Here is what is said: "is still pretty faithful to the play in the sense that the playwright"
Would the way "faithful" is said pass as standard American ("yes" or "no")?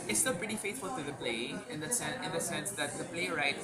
no